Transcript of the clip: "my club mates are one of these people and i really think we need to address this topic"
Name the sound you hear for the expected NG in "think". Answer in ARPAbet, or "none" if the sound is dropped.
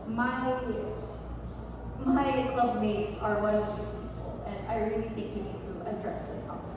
NG